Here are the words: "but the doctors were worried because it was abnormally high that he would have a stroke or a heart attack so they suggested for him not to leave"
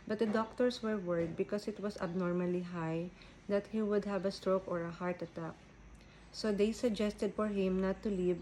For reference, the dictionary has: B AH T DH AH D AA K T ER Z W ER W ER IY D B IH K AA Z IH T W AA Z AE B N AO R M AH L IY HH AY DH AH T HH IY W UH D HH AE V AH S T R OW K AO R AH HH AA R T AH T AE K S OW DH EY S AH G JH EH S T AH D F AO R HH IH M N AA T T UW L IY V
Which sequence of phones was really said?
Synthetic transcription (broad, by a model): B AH T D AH D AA K T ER S W ER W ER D B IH K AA S IH T W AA S AE B N AO R M AH L IY HH AY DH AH T HH IY W UH D HH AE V AH S T R OW K AO R AH HH AA R T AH T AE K S OW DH EY S AH G JH EH S T AH D F AO R HH IH M N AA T T UW L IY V